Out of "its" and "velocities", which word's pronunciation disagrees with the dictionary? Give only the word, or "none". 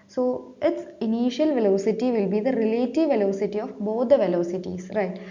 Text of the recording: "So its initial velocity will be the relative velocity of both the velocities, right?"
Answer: velocities